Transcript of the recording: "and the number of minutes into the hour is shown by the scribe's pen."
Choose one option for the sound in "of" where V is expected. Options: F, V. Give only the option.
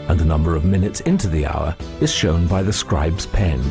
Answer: V